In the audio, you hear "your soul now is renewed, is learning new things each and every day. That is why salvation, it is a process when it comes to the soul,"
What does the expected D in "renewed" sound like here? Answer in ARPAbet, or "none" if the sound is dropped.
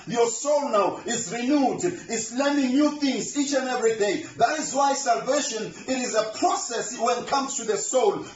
D